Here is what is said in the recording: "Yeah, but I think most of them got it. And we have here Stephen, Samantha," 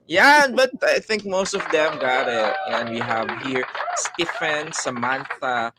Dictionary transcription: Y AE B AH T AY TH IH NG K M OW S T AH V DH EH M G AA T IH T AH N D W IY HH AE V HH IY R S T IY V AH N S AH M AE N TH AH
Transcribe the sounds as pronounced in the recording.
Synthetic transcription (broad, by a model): Y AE B AH T AY TH IH NG K M OW S T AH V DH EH M G AA T IH T AH N D W IY HH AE V HH IY R S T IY F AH N S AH M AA N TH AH